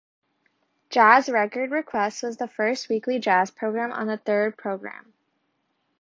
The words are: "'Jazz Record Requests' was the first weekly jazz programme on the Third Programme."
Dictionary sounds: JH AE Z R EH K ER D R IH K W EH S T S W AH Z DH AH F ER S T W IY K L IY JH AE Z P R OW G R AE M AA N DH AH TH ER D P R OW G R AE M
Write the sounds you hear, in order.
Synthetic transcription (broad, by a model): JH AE Z R EH K ER D R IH K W EH S T W AH Z DH AH F ER S T W IY K L IY JH AE Z P R OW G R AE M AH N DH AH TH ER D P R OW G R AE M